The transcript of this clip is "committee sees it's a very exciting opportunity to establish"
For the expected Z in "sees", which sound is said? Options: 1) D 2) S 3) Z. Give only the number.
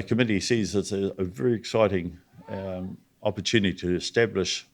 3